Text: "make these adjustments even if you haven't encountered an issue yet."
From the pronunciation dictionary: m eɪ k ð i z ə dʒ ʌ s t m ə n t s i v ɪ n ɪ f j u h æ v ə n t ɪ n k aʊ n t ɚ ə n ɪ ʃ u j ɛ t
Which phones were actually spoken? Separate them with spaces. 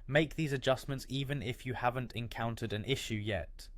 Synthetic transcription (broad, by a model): m eɪ k ð i z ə dʒ ʌ s m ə n t s i v ɪ n ɪ f j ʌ h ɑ v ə n t ɪ n k aʊ n t ɚ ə n ɪ ʃ u j ɛ t